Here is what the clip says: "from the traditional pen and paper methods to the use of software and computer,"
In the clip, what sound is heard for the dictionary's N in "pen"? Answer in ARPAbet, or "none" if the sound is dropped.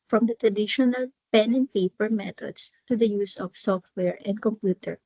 N